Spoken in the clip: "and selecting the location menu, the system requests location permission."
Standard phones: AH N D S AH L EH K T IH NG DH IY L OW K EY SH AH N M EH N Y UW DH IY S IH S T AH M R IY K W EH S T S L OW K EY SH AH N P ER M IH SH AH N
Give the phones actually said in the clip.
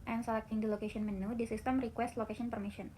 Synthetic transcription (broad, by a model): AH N S AH L EH K T IH NG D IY L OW K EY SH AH N M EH N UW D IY S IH S T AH M R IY K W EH S T L OW K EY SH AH N P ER M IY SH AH N